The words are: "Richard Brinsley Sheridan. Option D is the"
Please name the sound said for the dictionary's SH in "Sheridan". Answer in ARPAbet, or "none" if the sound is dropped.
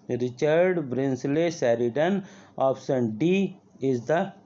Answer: S